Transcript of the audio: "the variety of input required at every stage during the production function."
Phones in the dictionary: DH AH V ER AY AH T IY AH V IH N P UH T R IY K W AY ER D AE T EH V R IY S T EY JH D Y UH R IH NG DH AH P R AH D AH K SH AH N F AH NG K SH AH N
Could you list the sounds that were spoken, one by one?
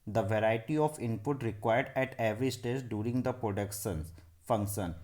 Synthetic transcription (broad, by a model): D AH V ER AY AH T IY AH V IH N P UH T R IY K W AY ER D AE T EH V R IY S T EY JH D Y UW R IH NG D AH P R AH D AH K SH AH N F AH NG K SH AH N